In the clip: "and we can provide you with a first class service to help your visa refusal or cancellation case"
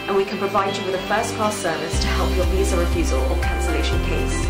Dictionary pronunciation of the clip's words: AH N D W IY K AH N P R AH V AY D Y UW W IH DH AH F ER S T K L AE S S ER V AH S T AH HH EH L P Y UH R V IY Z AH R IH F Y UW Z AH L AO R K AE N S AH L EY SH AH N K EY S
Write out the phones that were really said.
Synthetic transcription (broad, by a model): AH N W IY K AH N P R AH V AY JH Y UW W IH DH AH F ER S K AO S S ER V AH S T AH HH EH L P Y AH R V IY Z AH R IH F Y UW Z AH L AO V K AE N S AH L EY SH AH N K EY S